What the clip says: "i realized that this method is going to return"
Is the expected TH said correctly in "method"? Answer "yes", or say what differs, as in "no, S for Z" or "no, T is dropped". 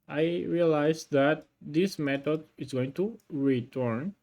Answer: no, T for TH